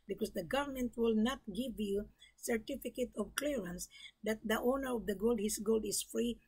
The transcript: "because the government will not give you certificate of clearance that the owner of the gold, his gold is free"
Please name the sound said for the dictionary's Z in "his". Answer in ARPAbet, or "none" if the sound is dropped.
S